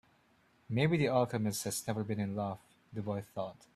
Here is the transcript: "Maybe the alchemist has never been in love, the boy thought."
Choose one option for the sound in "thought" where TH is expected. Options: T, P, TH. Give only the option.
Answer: TH